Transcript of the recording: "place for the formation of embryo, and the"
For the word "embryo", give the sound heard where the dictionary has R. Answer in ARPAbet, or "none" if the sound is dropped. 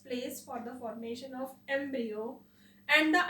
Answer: none